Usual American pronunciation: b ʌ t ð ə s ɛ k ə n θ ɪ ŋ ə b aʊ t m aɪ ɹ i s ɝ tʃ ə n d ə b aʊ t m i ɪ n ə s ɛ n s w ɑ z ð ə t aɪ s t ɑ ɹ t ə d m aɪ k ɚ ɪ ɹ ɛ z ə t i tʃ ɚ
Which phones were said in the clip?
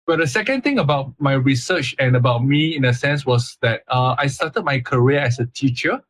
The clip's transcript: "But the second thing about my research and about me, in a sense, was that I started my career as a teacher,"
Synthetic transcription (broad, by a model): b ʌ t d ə s ɛ k ə n t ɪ ŋ ə b aʊ t m aɪ ɹ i s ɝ tʃ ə n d ə b aʊ t m i ɪ n ə s ɛ n s w ɑ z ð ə t aɪ s t ɑ t ə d m aɪ k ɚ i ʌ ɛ s ə t i tʃ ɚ